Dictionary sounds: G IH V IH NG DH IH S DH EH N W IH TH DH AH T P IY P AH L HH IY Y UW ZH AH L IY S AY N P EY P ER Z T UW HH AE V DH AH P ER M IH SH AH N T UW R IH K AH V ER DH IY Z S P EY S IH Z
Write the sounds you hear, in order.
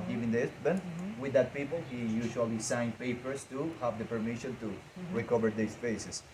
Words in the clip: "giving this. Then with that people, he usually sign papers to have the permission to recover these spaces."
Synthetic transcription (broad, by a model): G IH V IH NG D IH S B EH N W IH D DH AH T P IY P AH L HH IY Y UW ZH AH L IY S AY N P EY P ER S T UW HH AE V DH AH P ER M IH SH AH N T UW R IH K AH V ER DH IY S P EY S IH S